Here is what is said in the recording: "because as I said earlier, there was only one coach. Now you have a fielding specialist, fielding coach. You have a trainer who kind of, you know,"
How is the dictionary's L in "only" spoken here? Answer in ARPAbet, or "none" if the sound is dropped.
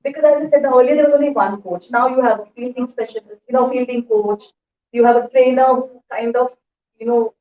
L